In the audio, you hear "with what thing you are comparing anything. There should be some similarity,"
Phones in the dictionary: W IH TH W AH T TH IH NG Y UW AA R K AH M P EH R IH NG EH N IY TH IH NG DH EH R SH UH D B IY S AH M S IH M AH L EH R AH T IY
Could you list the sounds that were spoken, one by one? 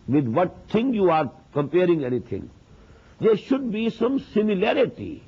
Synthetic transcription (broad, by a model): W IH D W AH T T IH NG Y UW AA R K AH M P EH R IH NG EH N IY T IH NG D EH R SH UH D B IY S AH M S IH M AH L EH R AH T IY